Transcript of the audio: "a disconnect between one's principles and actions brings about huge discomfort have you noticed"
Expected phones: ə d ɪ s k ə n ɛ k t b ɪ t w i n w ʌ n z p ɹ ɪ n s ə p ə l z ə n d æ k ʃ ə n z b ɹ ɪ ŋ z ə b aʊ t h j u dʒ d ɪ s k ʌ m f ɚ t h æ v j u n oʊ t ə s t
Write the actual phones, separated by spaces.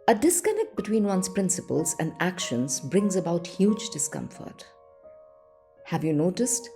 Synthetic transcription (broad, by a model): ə d ɪ s k ə n ɛ k t b ɪ t w i n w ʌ n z p ɹ ɪ n s ə p ə l z ə n d æ k ʃ ə n z b ɹ ɪ ŋ z ə b aʊ t h j u dʒ d ɪ s k ʌ m f ɚ t h æ v j u n oʊ t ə s t